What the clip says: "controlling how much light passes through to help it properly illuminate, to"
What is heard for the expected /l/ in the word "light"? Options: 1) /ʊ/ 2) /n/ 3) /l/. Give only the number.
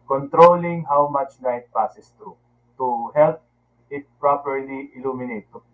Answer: 2